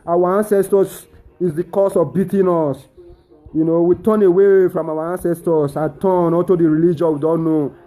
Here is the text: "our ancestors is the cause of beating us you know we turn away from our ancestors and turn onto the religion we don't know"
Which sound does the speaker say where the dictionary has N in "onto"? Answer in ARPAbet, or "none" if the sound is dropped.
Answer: none